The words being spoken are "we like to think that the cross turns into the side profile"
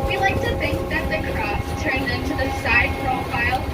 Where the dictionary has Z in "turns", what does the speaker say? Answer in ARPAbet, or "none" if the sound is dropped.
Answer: none